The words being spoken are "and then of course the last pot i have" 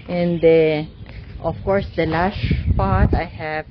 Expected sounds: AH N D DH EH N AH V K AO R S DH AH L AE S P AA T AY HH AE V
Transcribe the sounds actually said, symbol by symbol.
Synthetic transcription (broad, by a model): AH N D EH AH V K AO R S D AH L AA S P AA T AY HH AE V